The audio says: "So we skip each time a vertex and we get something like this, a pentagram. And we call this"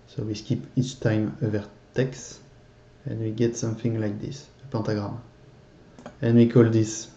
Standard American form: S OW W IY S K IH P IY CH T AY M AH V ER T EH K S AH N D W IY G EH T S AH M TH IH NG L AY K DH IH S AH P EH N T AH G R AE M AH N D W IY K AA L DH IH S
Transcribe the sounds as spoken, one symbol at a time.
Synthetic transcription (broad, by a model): S OW W IY S K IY P IY CH T AY M AH V ER T EH K S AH N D W IY G EH T S AH M TH IH NG L AY K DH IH S AH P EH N T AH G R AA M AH N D W IY K AA L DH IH S